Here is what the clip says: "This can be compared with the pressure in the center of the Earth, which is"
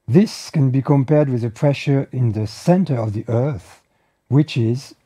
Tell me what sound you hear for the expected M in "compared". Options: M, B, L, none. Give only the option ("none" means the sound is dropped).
M